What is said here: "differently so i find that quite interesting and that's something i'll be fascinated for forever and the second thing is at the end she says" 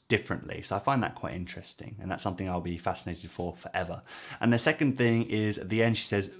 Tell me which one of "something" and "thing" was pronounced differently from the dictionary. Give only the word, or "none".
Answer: none